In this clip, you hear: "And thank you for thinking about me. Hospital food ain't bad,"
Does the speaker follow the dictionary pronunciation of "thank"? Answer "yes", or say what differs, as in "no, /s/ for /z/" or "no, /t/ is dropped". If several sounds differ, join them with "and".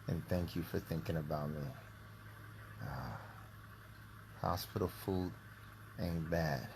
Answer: yes